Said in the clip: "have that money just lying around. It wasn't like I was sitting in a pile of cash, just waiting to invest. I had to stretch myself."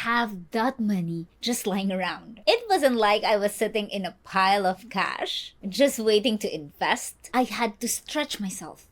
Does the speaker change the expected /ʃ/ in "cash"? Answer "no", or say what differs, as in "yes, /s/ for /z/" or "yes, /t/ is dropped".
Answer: no